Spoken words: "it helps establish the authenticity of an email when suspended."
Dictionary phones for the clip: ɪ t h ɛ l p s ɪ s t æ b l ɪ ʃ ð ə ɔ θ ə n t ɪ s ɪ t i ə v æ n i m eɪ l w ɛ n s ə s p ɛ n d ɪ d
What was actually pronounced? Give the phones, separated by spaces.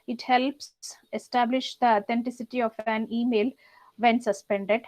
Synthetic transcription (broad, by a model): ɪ t h ɛ l p s ɪ s t æ b l ɪ ʃ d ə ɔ t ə n t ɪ s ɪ t i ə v æ n i m eɪ l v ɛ n s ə s p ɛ n d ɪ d